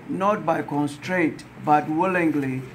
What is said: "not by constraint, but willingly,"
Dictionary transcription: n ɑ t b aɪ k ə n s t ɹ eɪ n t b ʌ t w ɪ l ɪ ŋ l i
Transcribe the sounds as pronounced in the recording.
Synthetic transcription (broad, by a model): n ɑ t b aɪ k ə n s t ɹ eɪ n t b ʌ t w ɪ l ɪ ŋ l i